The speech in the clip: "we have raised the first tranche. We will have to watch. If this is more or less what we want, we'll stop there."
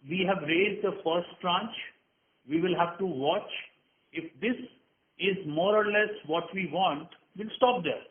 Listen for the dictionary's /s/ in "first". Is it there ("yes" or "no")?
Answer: yes